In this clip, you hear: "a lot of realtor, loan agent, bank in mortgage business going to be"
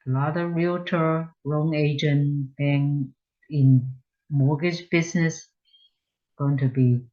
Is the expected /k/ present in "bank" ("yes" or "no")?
no